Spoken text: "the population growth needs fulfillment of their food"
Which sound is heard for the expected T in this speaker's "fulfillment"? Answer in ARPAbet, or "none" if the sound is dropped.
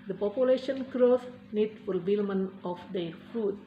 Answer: none